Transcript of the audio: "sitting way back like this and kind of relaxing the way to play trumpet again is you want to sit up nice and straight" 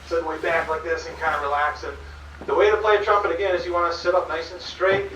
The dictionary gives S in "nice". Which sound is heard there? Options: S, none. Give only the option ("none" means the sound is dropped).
none